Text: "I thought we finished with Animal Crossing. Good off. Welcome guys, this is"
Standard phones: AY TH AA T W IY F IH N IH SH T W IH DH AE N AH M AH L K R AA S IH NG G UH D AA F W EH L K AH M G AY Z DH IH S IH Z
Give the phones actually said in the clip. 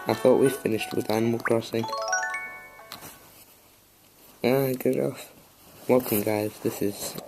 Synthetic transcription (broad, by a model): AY TH AA T W IY F IH N IH SH T W IH DH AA N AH M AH L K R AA S IH NG G UH D AA F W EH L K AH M G AY Z DH IH S IH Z